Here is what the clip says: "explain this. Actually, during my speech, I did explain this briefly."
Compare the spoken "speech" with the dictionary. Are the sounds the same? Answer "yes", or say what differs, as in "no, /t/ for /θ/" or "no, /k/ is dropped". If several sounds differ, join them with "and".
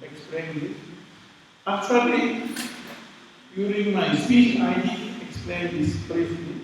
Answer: no, /p/ is dropped